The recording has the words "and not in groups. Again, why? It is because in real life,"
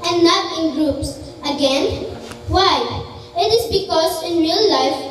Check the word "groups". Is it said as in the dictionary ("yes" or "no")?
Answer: yes